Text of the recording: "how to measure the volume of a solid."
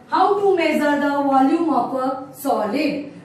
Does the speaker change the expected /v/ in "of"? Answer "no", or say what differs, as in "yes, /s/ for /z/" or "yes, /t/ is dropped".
yes, /p/ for /v/